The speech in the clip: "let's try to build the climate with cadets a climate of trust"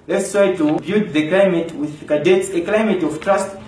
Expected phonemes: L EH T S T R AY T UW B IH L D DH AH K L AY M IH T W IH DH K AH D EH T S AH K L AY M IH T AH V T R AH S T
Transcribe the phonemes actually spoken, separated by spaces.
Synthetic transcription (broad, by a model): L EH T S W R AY T UW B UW D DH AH K L AY M IH T W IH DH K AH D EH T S AH K L AY M IH T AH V T R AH S T